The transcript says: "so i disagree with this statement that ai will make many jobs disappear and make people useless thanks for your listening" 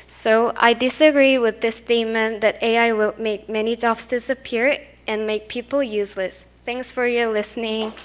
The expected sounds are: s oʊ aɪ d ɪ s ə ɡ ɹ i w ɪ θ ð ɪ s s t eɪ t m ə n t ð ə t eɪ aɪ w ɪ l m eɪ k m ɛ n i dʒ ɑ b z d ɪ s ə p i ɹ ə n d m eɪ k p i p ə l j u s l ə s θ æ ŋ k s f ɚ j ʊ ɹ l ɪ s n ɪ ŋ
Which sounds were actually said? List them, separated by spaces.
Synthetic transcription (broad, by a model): s oʊ aɪ d ɪ s ə ɡ ɹ i w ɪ ð ɪ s s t eɪ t m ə n ð ə t eɪ aɪ w ɪ l m eɪ k m ɛ n i dʒ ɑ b s d ɪ s ə p i ɹ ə n m eɪ k p i p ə l j u s l ə s θ æ ŋ k s f ɚ j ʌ ɹ l ɪ s n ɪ ŋ